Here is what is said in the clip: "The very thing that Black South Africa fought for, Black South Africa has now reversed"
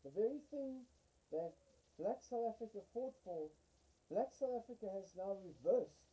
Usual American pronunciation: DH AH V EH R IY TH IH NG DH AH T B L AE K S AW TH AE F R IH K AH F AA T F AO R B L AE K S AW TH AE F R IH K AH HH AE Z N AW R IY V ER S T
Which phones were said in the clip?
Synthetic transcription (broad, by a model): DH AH V EH R IY TH IH NG DH AH T B L AE K S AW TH AE F R IH K AH F AA T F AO L B L AE K S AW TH AE F R IH K AH HH Z N AW R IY V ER S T